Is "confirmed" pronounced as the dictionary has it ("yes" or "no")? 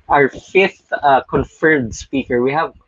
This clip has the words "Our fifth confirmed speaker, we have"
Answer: no